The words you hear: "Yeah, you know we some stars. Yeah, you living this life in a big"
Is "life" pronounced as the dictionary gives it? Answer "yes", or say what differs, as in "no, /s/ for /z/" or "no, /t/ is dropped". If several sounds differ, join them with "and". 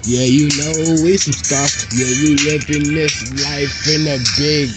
yes